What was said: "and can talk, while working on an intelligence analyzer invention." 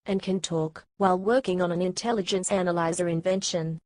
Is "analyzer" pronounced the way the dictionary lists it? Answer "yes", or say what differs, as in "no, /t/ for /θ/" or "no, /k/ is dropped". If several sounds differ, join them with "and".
yes